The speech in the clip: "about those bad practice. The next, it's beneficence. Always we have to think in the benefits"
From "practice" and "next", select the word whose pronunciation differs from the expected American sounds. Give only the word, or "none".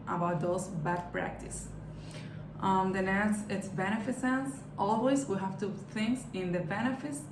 next